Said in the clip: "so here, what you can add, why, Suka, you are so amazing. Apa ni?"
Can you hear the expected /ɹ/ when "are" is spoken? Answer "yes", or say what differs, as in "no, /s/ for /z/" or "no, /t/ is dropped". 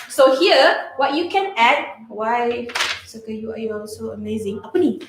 no, /l/ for /ɹ/